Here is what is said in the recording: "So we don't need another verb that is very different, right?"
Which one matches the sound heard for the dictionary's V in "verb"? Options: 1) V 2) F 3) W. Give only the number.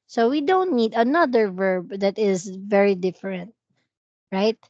1